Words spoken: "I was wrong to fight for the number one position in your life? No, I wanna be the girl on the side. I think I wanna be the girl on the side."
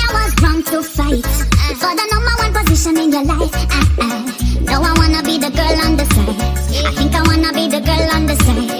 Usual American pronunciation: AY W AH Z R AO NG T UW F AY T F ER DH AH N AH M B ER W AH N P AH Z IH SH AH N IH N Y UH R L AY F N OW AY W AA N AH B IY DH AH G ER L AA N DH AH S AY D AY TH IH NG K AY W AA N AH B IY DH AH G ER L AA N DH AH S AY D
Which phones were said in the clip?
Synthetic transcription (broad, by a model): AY W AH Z R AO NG T UW F AY T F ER DH AH N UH M ER W AH N P AH Z IH SH AH N IH N Y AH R L AY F N OW AY W AA N AH B IY DH AH G ER L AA N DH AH S AY D AY TH IH NG K AY W AA N AH B IY DH AH G ER L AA N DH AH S AY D